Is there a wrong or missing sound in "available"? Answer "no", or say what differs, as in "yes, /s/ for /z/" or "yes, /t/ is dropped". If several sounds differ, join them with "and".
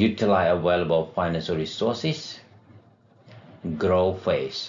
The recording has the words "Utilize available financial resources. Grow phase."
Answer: yes, /w/ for /v/